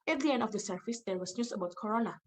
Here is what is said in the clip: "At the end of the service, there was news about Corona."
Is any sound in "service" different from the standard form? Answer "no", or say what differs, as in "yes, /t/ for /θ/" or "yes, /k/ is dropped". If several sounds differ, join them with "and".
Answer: yes, /f/ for /v/